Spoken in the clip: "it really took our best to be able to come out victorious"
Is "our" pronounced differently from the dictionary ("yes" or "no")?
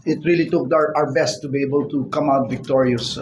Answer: no